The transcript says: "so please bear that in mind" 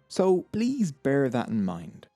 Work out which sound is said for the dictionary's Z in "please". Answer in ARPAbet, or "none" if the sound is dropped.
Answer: Z